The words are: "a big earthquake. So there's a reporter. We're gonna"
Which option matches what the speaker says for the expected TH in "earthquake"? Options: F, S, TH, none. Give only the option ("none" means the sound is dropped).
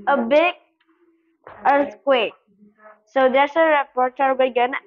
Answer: S